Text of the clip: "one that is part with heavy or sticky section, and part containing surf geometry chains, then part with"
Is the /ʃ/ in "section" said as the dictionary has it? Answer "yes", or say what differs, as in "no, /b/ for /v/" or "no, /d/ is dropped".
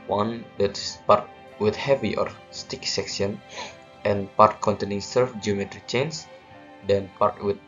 no, /s/ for /ʃ/